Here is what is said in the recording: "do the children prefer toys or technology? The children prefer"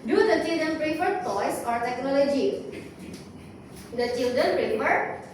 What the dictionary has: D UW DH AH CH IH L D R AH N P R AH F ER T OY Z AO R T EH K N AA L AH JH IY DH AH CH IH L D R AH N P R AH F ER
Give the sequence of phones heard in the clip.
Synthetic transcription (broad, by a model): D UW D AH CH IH L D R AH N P R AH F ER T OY S AO R T EH K N AA L AH JH IY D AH CH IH L D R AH N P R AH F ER